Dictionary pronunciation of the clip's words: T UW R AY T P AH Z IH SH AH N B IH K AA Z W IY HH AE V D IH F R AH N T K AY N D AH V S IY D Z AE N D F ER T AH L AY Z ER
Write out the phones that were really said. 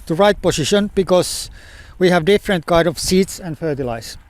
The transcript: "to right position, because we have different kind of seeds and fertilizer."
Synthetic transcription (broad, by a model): T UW R AY T P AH S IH SH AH N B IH K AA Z W IY HH AE V D IH F R AH N T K AY D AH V S IY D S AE N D F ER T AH L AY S